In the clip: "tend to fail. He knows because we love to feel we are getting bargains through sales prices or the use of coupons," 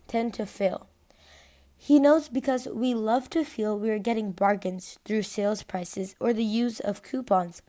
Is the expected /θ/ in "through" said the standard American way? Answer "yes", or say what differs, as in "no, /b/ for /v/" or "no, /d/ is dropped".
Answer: yes